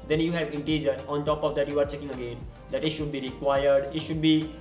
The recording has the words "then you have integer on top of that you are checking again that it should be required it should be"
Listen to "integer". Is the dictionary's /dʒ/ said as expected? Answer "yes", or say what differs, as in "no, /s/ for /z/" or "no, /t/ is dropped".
yes